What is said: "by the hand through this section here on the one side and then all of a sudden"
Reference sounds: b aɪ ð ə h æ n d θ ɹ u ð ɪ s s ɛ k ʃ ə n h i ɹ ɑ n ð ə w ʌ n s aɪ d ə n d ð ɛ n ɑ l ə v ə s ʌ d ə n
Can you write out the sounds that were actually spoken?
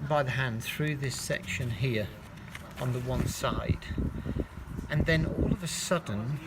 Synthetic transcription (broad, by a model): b aɪ ð ə h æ n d θ ɹ u ð ɪ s s ɛ k ʃ ə n h i ɹ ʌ n ð ə w ʌ n s aɪ d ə n ð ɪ n ɑ l ə v ə s ʌ d n